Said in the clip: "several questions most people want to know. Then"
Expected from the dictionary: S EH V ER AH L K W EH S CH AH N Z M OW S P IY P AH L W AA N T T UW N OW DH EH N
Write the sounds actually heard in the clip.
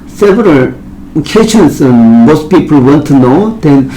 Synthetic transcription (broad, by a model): S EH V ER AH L K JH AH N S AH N M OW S P IY P AH L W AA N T T UW N OW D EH N